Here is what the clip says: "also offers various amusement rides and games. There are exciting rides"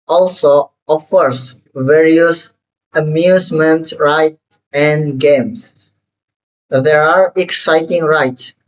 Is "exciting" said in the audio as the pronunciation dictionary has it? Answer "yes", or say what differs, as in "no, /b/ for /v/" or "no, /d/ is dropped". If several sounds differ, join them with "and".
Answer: yes